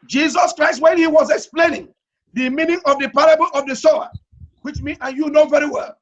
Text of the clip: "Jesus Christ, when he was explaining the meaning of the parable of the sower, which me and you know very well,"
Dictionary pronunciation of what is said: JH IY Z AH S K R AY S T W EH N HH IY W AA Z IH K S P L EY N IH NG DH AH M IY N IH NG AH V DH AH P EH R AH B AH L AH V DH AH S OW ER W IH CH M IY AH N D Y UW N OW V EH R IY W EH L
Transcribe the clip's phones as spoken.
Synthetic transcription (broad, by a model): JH IY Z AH S K R AY S T W EH N HH IY W AA Z IH K S P L EY N IH NG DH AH M IY N IH NG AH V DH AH P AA R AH B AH L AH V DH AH S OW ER W IH CH M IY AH N Y UW N OW V EH R IY W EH L